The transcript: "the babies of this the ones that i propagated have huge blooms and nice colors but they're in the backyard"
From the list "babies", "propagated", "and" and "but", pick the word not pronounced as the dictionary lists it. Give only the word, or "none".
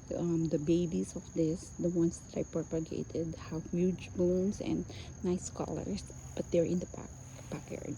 babies